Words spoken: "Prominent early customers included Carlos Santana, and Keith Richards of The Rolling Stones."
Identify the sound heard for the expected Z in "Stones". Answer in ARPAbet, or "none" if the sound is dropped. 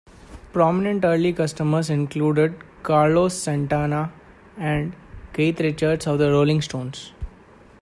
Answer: S